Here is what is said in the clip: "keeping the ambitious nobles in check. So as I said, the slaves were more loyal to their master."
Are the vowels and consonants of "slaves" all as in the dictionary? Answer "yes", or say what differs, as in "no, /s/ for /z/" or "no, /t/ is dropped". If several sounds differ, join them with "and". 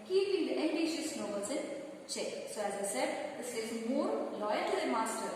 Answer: no, /l/ is dropped and /v/ is dropped